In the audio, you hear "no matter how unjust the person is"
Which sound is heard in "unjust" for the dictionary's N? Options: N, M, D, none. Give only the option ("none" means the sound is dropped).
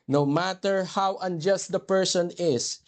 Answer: N